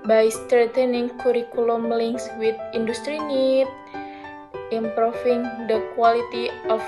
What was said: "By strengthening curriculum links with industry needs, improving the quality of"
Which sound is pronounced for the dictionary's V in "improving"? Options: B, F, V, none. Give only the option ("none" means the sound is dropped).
F